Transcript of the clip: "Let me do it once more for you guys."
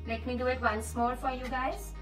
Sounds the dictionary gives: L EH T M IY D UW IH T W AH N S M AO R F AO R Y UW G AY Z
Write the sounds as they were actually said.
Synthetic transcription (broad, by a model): L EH T M IY D UW IH T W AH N S M AO L F AO R Y UW G AY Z